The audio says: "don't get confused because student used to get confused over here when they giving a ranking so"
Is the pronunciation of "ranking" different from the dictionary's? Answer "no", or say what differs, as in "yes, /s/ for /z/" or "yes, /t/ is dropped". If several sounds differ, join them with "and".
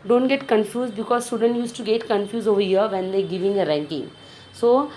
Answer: no